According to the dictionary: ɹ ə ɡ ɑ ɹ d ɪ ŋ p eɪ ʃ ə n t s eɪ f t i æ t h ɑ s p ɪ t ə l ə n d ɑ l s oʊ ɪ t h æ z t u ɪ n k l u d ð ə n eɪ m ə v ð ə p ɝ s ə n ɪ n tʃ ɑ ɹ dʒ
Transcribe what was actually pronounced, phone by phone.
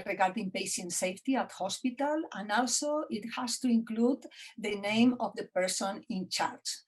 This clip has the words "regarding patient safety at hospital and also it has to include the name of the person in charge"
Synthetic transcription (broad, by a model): ɹ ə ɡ ɑ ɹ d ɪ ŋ p eɪ ʃ ə n t s eɪ f t i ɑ t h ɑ s p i t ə l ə n ɑ l s oʊ ɪ t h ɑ s t u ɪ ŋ k l u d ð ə n eɪ m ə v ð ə p ɝ s ə n ɪ n tʃ ɑ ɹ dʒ